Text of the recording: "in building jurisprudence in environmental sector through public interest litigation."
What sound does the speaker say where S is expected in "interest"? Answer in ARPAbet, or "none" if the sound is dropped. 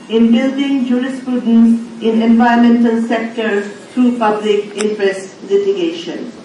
S